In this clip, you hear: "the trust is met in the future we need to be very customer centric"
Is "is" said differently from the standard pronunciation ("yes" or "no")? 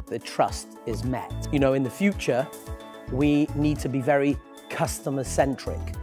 no